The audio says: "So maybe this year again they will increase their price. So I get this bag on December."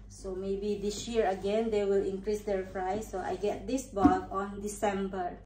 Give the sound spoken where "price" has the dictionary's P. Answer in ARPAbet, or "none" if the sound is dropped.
F